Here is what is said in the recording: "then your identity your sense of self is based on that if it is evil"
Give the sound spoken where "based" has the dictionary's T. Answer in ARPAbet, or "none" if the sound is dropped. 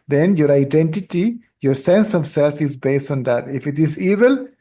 T